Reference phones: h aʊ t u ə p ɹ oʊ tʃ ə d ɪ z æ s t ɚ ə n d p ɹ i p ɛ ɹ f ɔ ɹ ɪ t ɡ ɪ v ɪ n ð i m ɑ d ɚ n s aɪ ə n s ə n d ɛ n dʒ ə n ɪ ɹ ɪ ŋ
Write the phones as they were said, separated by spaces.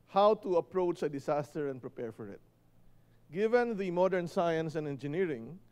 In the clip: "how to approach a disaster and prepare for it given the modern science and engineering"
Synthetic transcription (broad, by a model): h aʊ t u ə p ɹ oʊ tʃ ə d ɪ s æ s t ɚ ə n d p ɹ i p ɛ ɹ f ɔ ɹ ɪ t ɡ ɪ v ɪ n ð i m ɑ d ɚ n s aɪ ə n s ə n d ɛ n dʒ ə n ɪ ɹ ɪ ŋ